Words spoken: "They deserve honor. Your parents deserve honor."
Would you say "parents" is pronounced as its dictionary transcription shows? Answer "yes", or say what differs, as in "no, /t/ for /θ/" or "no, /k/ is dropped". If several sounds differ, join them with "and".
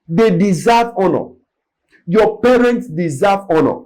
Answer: yes